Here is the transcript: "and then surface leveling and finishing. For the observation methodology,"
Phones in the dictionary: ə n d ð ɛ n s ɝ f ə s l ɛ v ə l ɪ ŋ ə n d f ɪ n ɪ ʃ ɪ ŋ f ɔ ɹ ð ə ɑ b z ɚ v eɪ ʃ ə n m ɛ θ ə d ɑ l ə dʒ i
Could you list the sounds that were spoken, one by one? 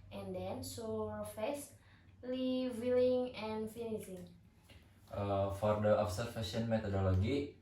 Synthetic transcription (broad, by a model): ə n d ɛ n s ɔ f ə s l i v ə l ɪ ŋ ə n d f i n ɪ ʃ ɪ ŋ f ɔ ɹ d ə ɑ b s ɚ f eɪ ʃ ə n m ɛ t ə d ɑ l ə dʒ i